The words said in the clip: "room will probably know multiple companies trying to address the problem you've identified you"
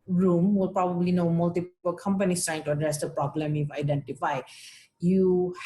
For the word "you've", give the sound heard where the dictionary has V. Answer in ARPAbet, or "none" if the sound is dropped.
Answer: F